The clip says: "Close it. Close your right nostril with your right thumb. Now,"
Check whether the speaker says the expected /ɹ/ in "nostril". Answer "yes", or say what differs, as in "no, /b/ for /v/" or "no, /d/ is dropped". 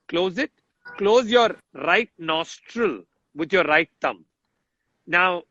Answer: yes